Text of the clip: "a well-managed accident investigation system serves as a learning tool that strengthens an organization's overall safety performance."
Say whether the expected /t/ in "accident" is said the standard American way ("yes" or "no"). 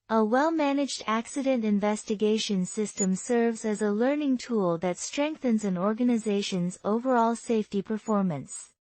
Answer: yes